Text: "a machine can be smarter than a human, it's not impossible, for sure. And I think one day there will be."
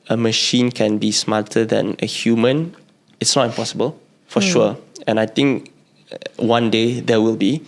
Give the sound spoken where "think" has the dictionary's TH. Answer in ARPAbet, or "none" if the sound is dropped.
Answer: T